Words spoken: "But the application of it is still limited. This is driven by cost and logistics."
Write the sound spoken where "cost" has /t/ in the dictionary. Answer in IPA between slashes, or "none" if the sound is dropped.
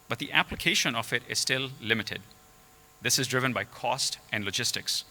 /t/